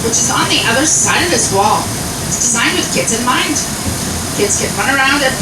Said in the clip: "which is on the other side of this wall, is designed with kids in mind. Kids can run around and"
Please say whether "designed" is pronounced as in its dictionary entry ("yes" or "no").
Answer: yes